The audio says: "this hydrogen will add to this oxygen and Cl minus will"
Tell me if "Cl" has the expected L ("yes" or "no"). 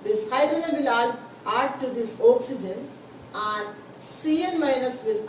no